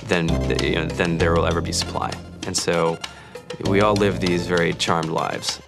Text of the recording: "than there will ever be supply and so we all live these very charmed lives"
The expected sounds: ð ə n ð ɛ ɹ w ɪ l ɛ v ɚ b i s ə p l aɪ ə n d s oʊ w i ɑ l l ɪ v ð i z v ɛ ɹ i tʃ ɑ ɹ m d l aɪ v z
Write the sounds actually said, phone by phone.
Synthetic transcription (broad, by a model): ð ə n ð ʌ ɹ w ɪ l ɛ v ɚ b i s ə p l aɪ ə n s oʊ w i ɑ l l ɪ v ð i z v ɛ ɹ i tʃ ɑ ɹ m d l aɪ v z